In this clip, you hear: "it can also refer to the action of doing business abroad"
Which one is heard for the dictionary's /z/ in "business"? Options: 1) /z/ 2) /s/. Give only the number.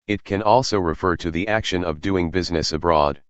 1